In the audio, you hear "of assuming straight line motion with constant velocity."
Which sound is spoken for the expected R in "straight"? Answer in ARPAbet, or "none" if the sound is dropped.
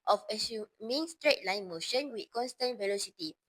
R